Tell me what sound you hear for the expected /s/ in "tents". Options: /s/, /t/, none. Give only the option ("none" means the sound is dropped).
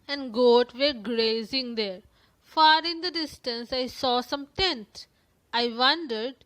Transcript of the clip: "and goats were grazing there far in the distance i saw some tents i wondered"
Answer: none